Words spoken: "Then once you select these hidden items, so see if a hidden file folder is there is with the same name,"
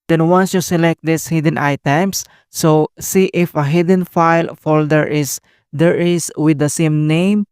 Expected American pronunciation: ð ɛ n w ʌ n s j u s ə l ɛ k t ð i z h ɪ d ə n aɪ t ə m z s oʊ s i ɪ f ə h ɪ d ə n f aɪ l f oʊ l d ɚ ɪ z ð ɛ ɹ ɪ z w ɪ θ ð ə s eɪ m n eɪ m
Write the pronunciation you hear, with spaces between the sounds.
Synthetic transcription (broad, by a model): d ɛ n w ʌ n s j u s ə l ɛ k t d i s h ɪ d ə n aɪ t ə m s s oʊ s i ɪ f ə h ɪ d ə n f aɪ l f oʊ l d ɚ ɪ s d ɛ ɹ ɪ s w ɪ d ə s eɪ m n eɪ m